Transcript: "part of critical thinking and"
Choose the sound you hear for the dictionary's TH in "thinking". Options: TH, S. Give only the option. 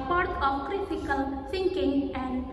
S